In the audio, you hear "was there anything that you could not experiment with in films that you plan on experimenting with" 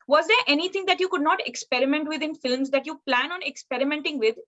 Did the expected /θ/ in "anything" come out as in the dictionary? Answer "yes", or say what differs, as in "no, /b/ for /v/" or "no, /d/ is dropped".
no, /t/ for /θ/